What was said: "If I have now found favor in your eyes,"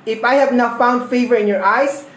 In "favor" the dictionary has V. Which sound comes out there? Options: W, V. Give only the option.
V